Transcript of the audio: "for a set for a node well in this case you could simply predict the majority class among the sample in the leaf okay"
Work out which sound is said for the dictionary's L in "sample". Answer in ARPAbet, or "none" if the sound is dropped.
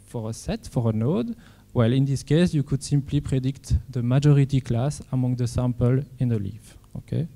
L